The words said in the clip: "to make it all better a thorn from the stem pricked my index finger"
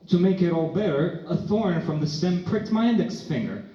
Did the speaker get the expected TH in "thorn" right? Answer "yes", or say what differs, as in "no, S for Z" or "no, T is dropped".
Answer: yes